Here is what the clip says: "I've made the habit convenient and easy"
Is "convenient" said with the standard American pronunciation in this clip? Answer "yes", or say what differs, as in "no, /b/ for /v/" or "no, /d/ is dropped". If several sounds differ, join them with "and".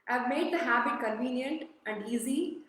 yes